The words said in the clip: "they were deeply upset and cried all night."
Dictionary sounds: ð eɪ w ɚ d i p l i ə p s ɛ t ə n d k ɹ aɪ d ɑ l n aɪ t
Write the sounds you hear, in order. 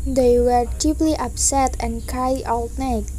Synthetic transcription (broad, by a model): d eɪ w ɚ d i p l i ə p s ɛ t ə n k aɪ ɑ l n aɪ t